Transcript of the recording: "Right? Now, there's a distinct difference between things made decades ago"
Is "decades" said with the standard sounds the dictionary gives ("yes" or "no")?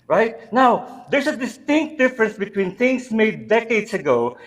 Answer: no